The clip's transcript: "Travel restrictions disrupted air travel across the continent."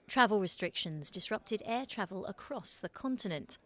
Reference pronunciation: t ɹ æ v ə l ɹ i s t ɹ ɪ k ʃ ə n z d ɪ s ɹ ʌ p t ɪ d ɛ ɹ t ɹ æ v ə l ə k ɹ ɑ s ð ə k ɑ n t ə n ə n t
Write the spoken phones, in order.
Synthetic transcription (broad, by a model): t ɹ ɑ v ə l ɹ i s t ɹ ɪ k ʃ ə n z d ɪ s ɹ ʌ p t ɪ d ɛ t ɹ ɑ v ə l ə k ɹ ɑ s ð ə k ɑ n t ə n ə n t